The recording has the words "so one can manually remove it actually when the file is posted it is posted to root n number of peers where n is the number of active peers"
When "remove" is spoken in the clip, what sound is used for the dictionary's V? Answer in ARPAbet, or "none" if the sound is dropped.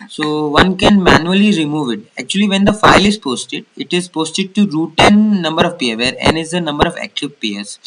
V